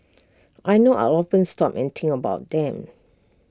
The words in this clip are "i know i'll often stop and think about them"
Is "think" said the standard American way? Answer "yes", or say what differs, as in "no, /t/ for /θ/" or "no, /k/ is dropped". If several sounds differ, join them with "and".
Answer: no, /k/ is dropped